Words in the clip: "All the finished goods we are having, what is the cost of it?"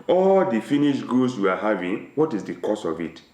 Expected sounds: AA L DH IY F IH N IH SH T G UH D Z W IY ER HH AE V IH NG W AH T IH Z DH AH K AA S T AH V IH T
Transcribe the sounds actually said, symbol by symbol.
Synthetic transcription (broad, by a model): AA L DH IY F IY N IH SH G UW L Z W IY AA HH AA V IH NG W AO T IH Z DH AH K AA S AH V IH T